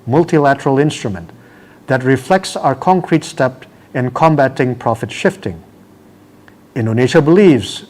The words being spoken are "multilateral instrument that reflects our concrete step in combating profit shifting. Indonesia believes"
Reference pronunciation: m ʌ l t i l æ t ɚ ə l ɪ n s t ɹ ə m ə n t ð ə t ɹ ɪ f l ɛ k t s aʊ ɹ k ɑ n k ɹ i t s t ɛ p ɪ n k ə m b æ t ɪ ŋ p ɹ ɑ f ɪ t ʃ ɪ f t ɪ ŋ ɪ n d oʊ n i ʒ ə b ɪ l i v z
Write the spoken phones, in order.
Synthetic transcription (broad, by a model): m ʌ l t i l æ t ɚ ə l ɪ n s t ɹ ə m ə n t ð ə t ɹ ɪ f l ɛ k t s aʊ ɹ k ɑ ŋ k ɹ i t s t ɛ p ɪ n k ə m b æ t ɪ ŋ p ɹ ɑ f ɪ t ʃ ɪ f t ɪ ŋ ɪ n d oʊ n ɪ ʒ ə b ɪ l i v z